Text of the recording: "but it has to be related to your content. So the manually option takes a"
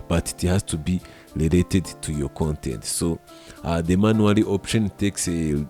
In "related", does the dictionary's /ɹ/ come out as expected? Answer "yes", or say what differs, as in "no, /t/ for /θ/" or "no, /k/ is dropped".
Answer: no, /l/ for /ɹ/